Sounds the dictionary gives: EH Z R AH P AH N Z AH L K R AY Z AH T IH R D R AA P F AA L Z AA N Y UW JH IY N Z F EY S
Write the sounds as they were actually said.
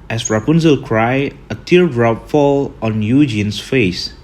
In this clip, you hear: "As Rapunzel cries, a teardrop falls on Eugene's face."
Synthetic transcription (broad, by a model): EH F R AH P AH N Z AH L K R AY AH T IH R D R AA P F AA L AA N Y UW JH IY N S F EY S